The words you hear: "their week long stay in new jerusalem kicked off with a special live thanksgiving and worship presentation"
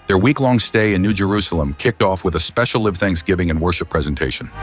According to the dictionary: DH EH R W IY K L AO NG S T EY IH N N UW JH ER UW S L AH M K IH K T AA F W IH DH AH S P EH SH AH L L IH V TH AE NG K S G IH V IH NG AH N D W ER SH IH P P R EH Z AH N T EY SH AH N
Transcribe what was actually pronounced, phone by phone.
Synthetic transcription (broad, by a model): DH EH R W IY K L AO NG S T EY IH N N UW JH ER UW S L AH M K IH K T AA F W IH DH AH S P EH SH L L IH V TH AE NG K S G IH V IH NG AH N W ER SH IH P P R EH Z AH N T EY SH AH N